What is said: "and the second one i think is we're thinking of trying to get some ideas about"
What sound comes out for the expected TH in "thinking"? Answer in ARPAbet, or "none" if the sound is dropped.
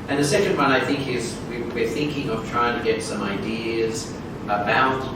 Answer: TH